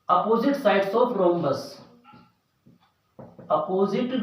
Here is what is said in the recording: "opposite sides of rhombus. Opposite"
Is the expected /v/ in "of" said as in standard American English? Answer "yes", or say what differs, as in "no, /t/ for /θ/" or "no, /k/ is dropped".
no, /p/ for /v/